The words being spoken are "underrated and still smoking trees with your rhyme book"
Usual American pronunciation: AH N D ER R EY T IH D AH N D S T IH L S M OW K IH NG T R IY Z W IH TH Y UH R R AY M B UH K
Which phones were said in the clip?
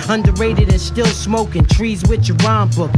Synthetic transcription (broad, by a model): AH N D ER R EY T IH D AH N S T IH L S M OW K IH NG T R IY Z W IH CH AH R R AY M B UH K